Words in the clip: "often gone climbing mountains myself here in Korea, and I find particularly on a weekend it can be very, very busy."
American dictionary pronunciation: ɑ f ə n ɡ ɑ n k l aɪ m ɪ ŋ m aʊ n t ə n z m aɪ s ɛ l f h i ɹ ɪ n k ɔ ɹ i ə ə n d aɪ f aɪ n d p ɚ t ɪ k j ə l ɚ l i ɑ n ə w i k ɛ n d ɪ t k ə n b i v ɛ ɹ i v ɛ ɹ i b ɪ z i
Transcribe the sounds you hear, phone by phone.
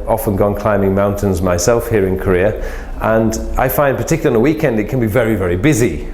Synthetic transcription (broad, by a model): ɑ f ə n ɡ ɑ n k l aɪ m ɪ ŋ m aʊ n t ə n z m aɪ s ɛ l f h i ɹ ɪ n k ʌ ɹ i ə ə n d aɪ f aɪ n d p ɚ t ɪ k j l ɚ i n ə w i k ɛ n d ɪ t k ə n b i v ɛ ɹ i v ɛ ɹ i b ɪ z i